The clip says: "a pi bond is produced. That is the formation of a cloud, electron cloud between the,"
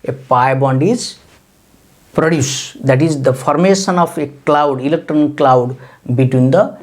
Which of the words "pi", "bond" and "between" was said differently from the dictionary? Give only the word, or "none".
none